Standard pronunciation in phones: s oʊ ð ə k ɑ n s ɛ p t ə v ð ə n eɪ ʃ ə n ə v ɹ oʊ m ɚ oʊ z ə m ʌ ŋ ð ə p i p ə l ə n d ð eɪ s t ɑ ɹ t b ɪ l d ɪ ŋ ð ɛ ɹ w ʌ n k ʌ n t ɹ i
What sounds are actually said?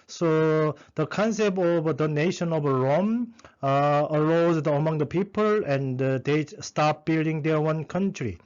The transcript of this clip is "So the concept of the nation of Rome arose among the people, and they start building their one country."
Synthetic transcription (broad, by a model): s oʊ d ə k ɑ n s ɛ p t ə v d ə n eɪ ʃ ə n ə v ɹ oʊ m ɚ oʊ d ə m ʌ ŋ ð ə p i p ə l ə n d eɪ s t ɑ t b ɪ l d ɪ ŋ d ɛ w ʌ n k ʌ n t ɹ i